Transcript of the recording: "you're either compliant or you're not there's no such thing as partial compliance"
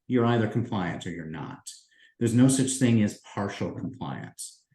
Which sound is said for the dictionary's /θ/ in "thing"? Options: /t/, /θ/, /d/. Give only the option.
/θ/